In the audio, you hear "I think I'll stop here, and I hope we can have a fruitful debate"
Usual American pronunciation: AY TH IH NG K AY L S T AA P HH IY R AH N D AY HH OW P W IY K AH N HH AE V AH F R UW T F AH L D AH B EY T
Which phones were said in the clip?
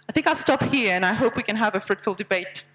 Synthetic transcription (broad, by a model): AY TH IH NG K AY L S T AA P HH IY R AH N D AY HH OW P W IY K AH N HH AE V AH F R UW T F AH L D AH B EY T